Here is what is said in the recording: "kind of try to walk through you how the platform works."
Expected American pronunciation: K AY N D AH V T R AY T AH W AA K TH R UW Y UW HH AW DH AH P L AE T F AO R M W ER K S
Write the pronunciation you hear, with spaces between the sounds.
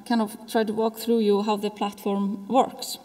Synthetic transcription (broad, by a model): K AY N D AH V T R AY T AH W AA K TH R UW Y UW HH AW DH AH P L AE T F AO R M W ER K S